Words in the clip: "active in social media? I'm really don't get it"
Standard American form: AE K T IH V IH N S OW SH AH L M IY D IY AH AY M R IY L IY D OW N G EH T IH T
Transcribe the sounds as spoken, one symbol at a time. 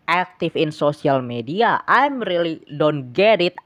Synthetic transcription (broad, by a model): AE K T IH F IH N S OW S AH L M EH D IY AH AY M R IY L IY D OW N G EH T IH T